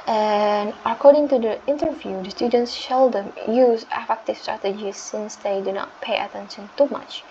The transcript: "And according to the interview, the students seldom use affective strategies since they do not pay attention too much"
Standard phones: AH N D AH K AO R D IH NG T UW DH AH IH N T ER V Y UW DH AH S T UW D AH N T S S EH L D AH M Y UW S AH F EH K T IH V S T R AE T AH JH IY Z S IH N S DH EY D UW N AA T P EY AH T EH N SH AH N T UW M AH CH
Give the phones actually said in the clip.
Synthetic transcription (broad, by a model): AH N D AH K AO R D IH NG T UW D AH IH N T ER V Y UW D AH S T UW D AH N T S SH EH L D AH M Y UW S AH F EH K T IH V S T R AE T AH JH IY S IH N S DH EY D UW N AA T P EY AH T EH N SH AH N T UW M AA CH